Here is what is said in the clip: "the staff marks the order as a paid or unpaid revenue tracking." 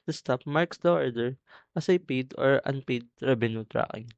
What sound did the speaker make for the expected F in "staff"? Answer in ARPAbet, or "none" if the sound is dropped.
P